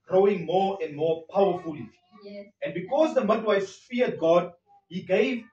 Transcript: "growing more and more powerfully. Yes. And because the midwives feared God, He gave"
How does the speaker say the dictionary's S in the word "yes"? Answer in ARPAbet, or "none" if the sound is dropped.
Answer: none